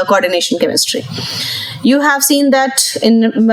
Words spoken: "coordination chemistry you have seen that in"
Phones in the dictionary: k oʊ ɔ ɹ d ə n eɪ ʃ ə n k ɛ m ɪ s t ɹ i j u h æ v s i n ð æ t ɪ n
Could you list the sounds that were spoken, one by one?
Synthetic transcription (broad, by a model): k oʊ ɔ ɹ d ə n eɪ ʃ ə n k ɛ m ɪ s t ɹ i j u h æ v s i n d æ t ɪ n